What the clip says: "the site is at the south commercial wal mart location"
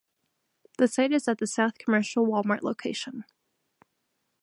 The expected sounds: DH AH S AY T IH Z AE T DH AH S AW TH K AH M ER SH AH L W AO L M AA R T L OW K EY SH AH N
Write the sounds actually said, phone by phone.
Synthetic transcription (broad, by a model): DH AH S AY T IH Z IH T DH AH S AW TH K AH M ER SH L W AO L M AA R T L OW K EY SH AH N